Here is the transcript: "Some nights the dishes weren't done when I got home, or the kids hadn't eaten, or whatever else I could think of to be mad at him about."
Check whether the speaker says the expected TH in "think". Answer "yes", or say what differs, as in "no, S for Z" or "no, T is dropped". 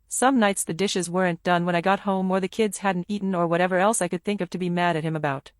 yes